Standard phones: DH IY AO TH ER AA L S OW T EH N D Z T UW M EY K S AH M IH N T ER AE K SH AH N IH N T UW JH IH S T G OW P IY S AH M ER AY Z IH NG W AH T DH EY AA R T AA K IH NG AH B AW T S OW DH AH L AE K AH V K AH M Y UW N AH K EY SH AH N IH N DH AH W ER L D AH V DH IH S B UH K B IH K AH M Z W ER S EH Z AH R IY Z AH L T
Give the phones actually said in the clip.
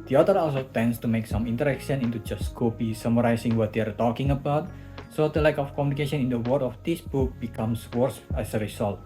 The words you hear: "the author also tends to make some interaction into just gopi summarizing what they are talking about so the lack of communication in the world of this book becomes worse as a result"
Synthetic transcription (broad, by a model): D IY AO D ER AA L S OW T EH N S T UW M EY K S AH M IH N T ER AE K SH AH N IH N T UW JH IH S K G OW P IY S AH M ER AY S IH NG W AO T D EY AA R T AA K IH NG AH B AW T S OW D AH L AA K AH F K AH M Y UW N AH K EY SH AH N IH N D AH W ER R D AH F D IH S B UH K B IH K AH M S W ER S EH S AH R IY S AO L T